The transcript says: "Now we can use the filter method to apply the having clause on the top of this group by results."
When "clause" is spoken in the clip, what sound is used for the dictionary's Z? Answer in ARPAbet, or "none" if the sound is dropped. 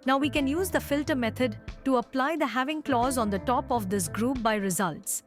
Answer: Z